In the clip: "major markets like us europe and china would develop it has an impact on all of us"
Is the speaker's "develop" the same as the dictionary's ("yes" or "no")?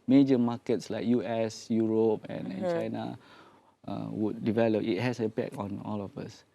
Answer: yes